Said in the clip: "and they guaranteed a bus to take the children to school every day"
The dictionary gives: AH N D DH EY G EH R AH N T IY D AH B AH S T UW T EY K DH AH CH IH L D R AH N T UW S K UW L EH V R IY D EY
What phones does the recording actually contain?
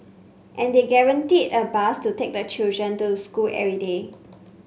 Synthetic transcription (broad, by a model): AH N D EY G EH R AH N T IY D AH B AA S T UW T EY K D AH CH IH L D R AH N T UW S K UW L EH R IY D EY